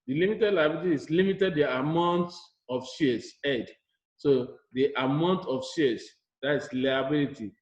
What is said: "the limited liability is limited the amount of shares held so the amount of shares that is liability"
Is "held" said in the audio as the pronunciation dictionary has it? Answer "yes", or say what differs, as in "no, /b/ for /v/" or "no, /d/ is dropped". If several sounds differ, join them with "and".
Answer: no, /l/ is dropped